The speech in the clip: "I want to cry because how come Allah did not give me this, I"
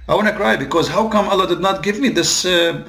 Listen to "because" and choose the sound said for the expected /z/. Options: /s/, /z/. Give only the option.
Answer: /z/